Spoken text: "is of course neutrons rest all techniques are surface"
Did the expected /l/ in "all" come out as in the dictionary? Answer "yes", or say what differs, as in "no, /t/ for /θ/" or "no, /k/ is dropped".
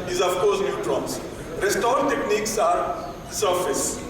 no, /n/ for /l/